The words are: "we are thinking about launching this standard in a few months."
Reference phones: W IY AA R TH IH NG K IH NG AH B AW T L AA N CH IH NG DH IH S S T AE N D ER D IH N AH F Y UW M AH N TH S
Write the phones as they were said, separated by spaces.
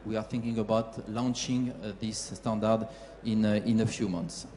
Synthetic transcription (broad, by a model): W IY AA R TH IH NG K IH NG AH B AW T L AA N CH IH NG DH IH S S T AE N D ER D IH N AH F Y UW M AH N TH S